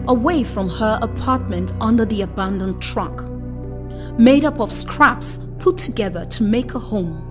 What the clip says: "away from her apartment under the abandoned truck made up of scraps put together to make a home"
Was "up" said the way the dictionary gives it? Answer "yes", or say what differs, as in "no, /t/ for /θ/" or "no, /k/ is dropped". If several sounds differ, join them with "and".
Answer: yes